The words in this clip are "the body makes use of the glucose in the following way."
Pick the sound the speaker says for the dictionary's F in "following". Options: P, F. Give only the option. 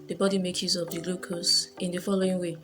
F